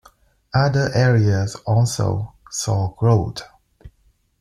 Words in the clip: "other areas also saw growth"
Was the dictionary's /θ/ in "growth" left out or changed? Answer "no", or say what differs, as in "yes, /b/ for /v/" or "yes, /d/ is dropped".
yes, /t/ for /θ/